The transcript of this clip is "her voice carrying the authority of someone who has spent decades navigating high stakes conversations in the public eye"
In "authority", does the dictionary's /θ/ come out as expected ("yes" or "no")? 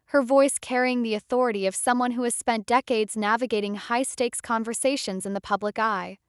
yes